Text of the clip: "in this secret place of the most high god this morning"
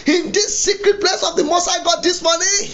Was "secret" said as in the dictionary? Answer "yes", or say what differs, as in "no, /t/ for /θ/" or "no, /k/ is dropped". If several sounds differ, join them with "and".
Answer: yes